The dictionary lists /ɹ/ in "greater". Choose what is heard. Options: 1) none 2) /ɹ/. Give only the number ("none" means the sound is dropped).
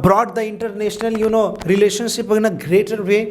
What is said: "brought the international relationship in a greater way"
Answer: 2